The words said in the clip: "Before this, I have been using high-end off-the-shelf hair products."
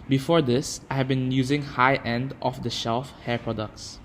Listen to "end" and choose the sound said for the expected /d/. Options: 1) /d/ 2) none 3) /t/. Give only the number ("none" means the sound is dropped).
1